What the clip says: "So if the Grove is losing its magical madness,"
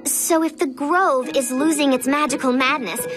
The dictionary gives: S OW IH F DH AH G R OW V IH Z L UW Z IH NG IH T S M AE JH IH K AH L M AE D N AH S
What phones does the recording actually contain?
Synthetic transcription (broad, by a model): S OW IH F DH AH G R OW V IH Z L UW Z IH NG IH T S M AE JH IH K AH L M AE D N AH S